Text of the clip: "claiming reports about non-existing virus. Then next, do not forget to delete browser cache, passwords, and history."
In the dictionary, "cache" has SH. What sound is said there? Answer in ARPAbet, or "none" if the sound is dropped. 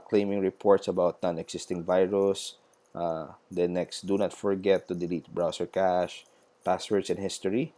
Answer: SH